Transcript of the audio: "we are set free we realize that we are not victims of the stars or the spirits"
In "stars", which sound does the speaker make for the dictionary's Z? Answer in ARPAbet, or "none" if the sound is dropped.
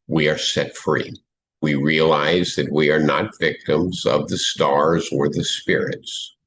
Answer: Z